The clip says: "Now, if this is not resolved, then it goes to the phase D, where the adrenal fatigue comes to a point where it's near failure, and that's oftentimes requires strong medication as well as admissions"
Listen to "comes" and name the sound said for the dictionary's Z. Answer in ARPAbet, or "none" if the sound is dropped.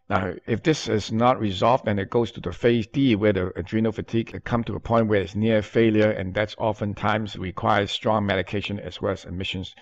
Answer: none